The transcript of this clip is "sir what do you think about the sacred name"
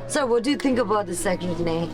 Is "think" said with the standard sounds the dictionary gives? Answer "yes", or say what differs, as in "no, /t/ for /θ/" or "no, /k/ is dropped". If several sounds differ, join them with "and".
yes